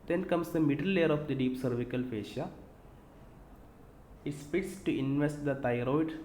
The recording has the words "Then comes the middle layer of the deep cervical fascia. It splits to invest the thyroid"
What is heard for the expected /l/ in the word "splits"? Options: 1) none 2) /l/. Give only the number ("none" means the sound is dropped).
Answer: 1